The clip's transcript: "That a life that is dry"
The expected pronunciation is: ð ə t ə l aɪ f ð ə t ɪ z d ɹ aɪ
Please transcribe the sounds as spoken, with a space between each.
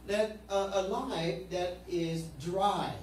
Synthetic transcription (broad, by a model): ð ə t ə l aɪ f ð ə t ɪ z d ɹ aɪ